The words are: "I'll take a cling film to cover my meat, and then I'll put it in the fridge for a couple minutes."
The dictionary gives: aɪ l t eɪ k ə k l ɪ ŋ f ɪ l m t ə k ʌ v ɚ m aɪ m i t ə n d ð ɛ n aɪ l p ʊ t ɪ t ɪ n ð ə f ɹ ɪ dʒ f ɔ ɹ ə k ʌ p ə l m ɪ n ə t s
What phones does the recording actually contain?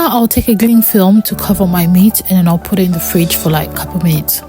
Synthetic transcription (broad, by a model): aɪ l t eɪ k ə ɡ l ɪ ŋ f ɪ l m t ə k ʌ v ɚ m aɪ m i t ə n ð ɛ n aɪ l p ʊ t ɪ t ɪ n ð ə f ɹ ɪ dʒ f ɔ l ə k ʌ p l m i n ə t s